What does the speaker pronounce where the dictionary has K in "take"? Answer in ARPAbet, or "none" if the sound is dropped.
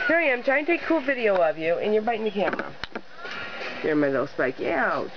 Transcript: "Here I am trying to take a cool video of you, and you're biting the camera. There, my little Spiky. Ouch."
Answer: none